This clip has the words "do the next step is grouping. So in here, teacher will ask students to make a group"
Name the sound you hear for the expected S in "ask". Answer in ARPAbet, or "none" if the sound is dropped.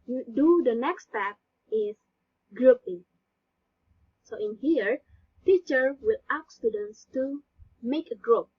none